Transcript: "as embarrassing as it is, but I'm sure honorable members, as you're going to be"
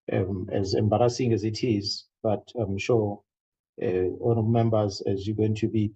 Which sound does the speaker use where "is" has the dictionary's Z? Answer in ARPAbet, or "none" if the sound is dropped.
Z